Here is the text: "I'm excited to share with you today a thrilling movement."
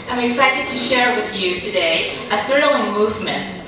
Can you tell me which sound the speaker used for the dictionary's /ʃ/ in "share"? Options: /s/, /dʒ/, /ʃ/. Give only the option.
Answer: /ʃ/